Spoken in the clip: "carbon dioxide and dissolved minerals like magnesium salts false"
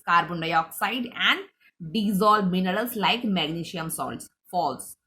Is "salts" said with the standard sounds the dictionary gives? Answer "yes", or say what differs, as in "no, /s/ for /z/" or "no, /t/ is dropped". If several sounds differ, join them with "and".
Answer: yes